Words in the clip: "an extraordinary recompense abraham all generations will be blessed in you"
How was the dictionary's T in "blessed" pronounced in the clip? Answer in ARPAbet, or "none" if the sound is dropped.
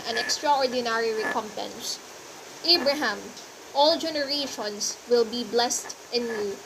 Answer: T